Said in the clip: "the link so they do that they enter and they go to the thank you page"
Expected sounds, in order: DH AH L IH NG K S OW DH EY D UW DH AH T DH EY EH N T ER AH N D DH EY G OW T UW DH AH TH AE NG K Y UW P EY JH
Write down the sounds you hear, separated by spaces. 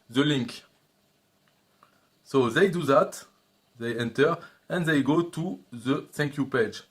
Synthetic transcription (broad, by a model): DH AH L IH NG K S OW DH EY D UW DH AH T DH EY EH N T ER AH N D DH EY G OW T UW DH AH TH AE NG K Y UW P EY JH